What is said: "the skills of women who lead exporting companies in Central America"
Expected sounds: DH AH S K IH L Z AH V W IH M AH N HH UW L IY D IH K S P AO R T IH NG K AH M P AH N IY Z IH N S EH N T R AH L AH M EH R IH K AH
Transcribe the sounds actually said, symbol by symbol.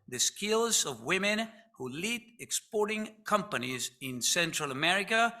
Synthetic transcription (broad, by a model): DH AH S K IH L Z AH V W IH M AH N HH UW L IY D IH K S P AO R T IH NG K AH M P AH N IY Z IH N S EH N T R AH L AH M EH R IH K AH